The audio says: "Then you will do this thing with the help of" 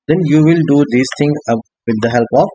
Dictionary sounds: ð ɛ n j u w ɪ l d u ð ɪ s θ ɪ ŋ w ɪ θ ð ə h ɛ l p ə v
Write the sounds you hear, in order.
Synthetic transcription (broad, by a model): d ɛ n j u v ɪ l d u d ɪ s t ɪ ŋ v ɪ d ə h ɛ l p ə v